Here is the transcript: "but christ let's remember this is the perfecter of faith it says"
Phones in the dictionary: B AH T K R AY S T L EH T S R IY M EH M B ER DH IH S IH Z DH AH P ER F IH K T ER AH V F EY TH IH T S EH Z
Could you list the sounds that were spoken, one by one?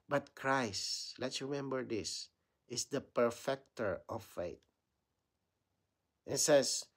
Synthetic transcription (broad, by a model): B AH T K R AY S T L EH T S R IY M EH M B ER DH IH S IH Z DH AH P ER F IH K T ER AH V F EY T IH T S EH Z